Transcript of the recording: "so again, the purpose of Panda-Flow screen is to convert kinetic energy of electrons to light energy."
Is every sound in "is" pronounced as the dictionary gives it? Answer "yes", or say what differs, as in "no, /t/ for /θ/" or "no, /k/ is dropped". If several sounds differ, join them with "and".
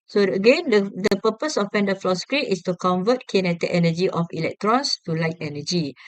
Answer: no, /s/ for /z/